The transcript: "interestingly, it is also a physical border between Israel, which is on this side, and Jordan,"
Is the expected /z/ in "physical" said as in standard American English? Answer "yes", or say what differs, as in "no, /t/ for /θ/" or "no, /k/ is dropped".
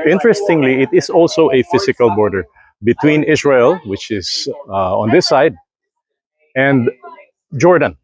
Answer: no, /s/ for /z/